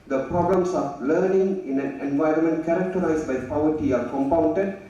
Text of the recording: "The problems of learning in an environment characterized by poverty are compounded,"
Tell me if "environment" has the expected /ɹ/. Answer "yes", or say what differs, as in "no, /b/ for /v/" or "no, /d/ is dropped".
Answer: yes